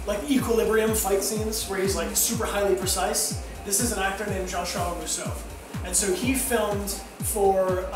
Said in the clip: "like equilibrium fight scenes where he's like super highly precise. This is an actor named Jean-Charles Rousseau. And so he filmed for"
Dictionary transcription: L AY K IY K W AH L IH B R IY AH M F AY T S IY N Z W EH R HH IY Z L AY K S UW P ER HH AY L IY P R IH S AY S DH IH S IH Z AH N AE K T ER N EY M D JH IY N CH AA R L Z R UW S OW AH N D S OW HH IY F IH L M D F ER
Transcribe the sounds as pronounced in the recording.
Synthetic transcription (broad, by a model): L AY K IY K W AH L IH B R IY AH M F AY T S IY N Z W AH R HH IY Z L AY K S UW P ER HH AY L IY P R IH S AY S DH IH S IH Z AH N AE K T ER N EY M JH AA N SH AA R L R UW S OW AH N S OW HH IY F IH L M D F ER